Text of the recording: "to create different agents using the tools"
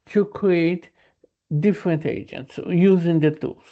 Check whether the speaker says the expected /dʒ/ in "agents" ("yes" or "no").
yes